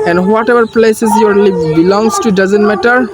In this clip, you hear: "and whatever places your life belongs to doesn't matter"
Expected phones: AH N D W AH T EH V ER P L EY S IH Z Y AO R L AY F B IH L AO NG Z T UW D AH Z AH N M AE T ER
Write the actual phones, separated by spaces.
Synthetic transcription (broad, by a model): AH N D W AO T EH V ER P L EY S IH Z Y AO R L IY P B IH L AO NG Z T UW D AH Z AH N M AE T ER